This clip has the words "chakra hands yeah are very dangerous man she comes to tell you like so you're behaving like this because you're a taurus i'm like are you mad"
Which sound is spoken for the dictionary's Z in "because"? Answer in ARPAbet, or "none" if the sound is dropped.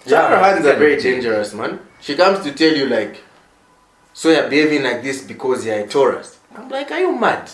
Z